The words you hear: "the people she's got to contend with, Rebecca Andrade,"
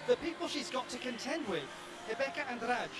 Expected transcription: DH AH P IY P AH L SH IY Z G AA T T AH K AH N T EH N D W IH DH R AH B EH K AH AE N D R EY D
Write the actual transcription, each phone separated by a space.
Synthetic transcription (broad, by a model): DH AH P IY P AH L SH IY Z G AA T T AH K AH N T EH N D W IH DH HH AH B EH K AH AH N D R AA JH